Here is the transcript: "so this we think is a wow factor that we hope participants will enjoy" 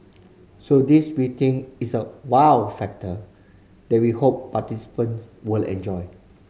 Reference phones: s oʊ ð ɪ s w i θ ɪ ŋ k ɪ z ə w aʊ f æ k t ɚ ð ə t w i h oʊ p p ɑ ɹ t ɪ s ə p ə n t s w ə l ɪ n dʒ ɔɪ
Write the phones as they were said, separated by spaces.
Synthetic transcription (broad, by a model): s oʊ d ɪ s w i t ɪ ŋ ɪ s ə w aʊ f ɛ k t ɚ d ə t w i h oʊ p p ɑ t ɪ s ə p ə n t s w ə l ɪ n dʒ ɔɪ